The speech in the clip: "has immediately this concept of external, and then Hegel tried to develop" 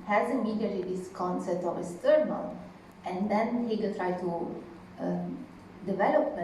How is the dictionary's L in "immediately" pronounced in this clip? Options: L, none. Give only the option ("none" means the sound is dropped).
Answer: none